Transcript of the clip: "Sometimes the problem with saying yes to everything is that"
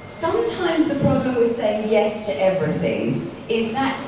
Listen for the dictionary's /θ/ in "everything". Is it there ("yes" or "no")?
yes